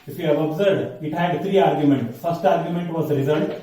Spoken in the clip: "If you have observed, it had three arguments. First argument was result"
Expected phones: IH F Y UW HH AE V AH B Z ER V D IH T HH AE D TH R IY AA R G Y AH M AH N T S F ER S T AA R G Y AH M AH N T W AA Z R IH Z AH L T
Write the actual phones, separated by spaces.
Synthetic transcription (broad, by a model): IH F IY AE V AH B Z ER D IH T HH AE D T R IY AA R G Y AH M AH N T S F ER S T AA R G Y AH M AH N T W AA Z R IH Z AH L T